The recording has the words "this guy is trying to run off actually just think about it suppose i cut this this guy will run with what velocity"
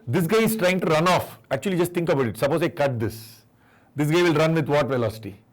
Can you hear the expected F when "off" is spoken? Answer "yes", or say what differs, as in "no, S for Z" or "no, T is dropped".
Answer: yes